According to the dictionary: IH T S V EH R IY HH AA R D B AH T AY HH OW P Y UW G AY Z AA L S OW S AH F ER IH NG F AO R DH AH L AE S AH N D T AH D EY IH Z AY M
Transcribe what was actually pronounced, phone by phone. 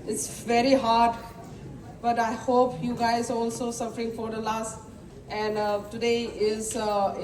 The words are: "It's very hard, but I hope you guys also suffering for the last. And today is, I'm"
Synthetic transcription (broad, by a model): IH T S V EH R IY HH AA R D B AH T AY HH OW P Y UW G AY Z AA L S OW S AH F ER IH NG F AO R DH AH L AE S AH N D T AH D EY IH Z